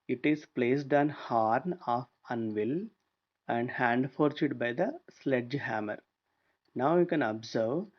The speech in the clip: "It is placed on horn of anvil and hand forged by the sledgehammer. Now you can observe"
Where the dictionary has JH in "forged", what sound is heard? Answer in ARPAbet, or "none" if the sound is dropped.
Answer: CH